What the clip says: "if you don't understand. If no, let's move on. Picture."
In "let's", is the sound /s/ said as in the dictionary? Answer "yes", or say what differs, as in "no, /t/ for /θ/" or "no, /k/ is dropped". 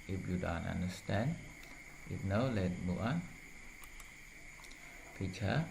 no, /s/ is dropped